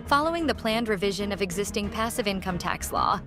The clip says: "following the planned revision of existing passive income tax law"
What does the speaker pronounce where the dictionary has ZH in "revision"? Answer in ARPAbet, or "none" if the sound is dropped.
ZH